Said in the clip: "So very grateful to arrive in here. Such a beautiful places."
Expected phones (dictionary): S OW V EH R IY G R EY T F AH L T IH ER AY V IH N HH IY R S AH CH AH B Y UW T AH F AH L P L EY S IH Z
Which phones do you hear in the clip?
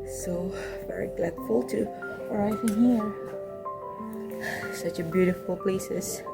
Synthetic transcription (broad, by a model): S OW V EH R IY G L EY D F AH L T IH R AY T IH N HH IY R S AH CH AH B Y UW T AH F AH L P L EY S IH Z